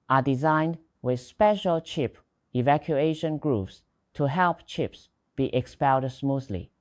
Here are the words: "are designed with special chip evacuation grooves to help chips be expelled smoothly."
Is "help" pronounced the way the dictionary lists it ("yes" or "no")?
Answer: yes